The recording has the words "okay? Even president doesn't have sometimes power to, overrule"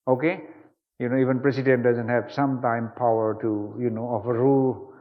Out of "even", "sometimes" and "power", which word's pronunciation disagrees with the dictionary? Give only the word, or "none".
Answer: sometimes